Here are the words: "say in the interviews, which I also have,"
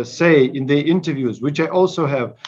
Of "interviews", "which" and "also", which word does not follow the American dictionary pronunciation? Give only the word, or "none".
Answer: none